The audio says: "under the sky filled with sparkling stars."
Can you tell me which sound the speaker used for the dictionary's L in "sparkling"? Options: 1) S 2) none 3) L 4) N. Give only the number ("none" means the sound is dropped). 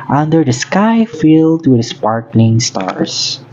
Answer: 4